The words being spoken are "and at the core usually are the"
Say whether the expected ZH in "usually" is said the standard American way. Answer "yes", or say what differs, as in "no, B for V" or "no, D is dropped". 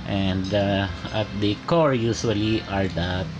no, SH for ZH